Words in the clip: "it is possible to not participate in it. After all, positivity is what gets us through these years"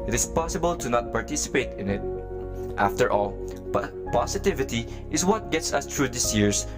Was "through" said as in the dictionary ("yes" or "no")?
no